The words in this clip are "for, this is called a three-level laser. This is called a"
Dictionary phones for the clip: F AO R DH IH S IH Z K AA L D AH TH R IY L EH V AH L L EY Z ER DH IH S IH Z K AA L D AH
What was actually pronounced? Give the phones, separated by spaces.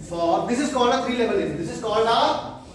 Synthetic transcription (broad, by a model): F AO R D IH S IH Z K AA L D AH F R IY L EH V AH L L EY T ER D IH S IH Z K AA L D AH